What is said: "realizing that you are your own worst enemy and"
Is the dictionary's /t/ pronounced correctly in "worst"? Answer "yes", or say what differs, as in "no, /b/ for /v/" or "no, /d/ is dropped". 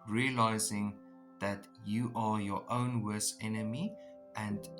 no, /t/ is dropped